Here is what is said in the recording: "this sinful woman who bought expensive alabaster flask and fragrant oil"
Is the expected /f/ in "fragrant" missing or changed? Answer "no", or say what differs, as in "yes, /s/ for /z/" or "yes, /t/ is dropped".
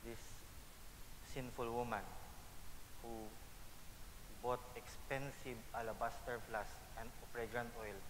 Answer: yes, /p/ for /f/